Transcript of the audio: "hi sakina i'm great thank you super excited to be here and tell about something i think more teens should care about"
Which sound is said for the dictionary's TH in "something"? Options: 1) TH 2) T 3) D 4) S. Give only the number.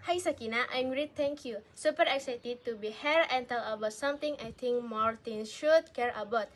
2